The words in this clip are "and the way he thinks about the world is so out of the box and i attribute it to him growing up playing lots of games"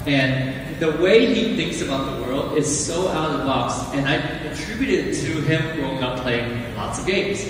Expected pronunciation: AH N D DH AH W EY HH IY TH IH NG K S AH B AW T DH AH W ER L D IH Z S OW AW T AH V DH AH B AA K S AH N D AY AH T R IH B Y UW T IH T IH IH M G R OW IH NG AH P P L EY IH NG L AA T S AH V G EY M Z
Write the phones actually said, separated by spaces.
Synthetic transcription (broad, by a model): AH N DH AH W EY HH IY TH IH NG K S AH B AW T DH AH W ER L D IH Z S OW AW T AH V B AA K S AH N AY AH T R IH B Y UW T IH T IH IH M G OW IH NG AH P P L EY IH NG L AA T S AH V G EY M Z